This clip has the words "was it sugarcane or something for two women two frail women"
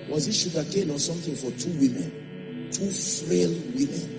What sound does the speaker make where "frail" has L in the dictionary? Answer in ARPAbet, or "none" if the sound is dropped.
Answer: L